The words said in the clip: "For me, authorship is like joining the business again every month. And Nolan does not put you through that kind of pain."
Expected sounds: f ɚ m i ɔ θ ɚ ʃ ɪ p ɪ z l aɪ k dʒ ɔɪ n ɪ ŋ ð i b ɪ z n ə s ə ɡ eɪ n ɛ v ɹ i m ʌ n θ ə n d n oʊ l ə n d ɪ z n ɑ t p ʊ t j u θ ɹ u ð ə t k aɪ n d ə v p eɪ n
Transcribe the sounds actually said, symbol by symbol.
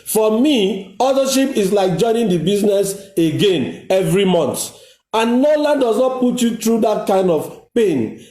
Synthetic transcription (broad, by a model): f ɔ m i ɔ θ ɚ ʃ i p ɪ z l aɪ k dʒ ɔɪ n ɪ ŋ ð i b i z n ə s ə ɡ eɪ n ɛ v ɹ i m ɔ n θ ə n n oʊ l ə n d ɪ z n ɑ t p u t j u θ ɹ u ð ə t k aɪ n d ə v p eɪ n